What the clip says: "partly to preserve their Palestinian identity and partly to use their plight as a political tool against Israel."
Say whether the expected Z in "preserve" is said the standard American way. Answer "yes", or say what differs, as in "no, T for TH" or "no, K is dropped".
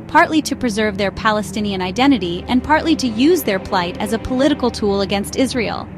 yes